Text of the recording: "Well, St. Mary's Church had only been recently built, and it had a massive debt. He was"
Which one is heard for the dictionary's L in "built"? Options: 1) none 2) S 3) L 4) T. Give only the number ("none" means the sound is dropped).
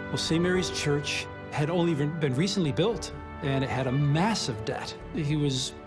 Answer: 3